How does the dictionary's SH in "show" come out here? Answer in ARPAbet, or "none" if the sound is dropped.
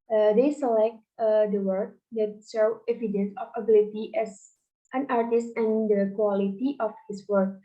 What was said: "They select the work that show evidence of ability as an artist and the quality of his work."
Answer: S